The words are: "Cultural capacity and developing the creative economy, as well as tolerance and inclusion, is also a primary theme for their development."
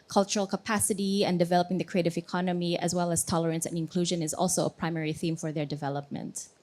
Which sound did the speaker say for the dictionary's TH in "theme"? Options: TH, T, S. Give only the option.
TH